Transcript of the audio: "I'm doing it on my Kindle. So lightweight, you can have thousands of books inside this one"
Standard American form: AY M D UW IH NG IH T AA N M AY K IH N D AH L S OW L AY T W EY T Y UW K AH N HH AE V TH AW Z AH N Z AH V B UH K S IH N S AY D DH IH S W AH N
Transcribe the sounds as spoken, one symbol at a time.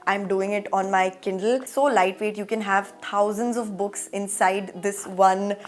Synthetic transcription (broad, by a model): AY M D UW IH NG IH T AA N M AY K IH N D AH L S OW L AY T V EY T Y UW K AH N HH AE V T AW Z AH N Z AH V B UH K S IH N S AY D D IH S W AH N